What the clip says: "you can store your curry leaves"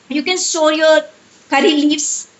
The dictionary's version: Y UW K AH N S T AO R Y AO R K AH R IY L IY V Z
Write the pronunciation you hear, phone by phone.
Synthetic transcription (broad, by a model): Y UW K AH N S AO L Y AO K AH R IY L IY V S